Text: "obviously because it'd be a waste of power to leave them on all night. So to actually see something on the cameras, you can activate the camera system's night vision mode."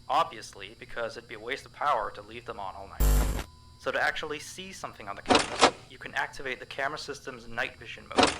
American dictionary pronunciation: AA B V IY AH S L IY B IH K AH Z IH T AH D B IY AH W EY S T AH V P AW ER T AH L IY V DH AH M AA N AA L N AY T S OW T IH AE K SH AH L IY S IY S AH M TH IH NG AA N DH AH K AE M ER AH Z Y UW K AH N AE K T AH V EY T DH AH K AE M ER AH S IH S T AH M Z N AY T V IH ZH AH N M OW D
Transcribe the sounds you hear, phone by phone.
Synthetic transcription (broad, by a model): AA B V IY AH S L IY B IH K AH Z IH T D B IY AH W EY S T AH V P AW ER T AH L IY V DH AH M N AA L N AY T S OW T IH AE K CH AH L IY S IY S AH M TH IH NG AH N DH AH K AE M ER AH Y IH K AH N AE K T AH V EY T DH AH K AE M ER AH S IH S T AH M Z N AY T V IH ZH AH N M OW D